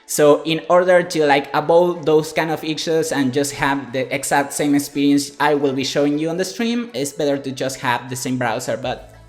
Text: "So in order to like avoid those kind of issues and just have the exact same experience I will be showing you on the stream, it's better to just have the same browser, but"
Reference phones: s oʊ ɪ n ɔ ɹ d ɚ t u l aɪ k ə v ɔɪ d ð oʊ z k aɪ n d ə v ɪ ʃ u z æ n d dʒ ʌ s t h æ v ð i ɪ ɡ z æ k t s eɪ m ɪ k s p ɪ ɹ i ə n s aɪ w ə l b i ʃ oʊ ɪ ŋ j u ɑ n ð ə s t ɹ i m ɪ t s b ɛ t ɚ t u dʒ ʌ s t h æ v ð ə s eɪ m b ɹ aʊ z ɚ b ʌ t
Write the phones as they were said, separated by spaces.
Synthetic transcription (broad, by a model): s oʊ ɪ n ɔ ɹ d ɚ t u l aɪ k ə b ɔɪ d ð oʊ s k aɪ n d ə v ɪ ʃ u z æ n dʒ ʌ s t h æ v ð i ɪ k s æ k t s eɪ m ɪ k s p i ɹ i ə n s aɪ w ə l b i ʃ oʊ ɪ ŋ j u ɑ n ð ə s t ɹ i m ɪ t s b ɛ t ɚ t u dʒ ʌ s t h æ v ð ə s eɪ m b ɹ aʊ s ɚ b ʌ t